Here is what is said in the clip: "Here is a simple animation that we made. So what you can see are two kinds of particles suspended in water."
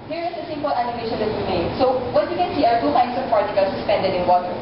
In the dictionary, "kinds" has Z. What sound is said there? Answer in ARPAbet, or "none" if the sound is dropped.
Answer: S